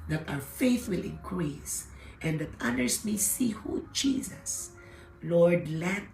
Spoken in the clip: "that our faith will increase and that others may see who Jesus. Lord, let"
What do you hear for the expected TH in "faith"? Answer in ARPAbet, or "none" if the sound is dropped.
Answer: TH